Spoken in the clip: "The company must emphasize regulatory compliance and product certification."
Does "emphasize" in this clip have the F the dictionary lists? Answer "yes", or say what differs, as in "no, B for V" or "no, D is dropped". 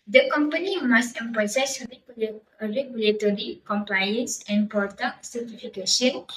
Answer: no, P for F